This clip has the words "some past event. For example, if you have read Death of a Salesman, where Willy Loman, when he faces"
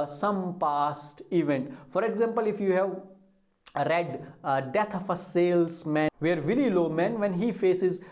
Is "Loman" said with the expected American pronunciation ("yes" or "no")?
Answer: yes